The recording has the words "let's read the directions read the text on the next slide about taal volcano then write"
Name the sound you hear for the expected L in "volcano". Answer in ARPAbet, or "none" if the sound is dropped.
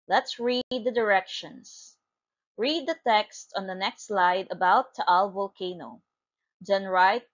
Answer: L